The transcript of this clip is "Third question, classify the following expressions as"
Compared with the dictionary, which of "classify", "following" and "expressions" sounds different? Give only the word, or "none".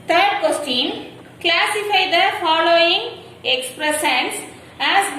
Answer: expressions